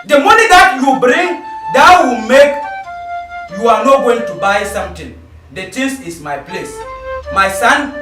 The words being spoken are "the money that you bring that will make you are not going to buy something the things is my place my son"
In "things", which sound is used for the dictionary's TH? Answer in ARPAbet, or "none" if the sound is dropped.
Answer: T